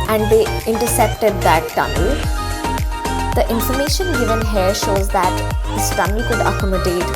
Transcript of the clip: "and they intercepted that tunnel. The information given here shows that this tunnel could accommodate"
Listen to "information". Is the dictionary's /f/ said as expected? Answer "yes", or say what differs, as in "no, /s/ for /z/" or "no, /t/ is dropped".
yes